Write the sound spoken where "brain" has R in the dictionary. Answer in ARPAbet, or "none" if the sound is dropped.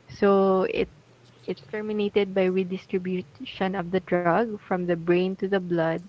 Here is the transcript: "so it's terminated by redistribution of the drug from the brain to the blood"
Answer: R